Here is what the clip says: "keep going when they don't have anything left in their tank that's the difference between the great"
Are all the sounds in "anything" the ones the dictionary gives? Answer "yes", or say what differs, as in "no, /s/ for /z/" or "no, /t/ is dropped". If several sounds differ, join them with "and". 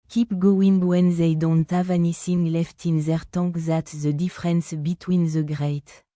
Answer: no, /s/ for /θ/